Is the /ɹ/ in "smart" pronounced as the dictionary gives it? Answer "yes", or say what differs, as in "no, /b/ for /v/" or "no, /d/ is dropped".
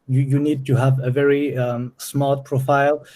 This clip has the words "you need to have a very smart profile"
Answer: no, /l/ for /ɹ/